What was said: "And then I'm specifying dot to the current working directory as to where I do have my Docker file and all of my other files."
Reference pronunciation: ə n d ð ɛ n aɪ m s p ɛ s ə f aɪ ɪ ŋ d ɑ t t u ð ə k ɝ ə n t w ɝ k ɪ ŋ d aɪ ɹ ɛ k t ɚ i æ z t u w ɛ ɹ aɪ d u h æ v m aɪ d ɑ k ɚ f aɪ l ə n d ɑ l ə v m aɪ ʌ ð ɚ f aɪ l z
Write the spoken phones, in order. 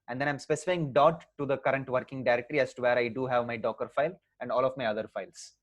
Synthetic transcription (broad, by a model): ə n d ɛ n aɪ m s p ɛ s ə f aɪ ɪ ŋ d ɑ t t u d ə k ɝ ə n t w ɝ k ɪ ŋ d aɪ ɹ ɛ k t ɚ i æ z t u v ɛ ɹ aɪ d u h æ v m aɪ d ɑ k ɚ f aɪ l ə n d ɑ l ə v m aɪ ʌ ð ɚ f aɪ l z